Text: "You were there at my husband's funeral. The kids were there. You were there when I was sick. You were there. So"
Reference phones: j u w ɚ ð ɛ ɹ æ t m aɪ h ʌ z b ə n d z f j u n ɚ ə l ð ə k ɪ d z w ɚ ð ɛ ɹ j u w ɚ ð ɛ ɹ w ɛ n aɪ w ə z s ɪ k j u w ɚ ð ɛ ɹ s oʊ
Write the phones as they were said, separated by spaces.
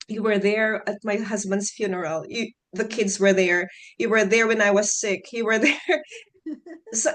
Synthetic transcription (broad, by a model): j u w ɚ ð ɛ ɹ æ t m aɪ h ʌ z b ə n d z f j u n ɚ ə l ð ə k ɪ d z w ɚ ð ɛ ɹ j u w ɚ ð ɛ ɹ w ɛ n aɪ w ə z s ɪ k j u w ɚ ð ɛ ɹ s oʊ